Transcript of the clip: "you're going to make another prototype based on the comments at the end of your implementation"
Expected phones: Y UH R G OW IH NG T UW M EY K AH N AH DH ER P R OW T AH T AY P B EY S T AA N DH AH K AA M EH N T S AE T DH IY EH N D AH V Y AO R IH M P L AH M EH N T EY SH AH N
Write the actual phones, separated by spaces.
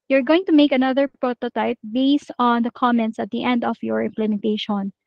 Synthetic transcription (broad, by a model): Y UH R G OW IH NG T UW M EY K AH N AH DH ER P R OW T AH T AY P B EY S T AA N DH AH K AA M EH N T S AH T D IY EH N D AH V Y AO R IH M P L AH M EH N T EY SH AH N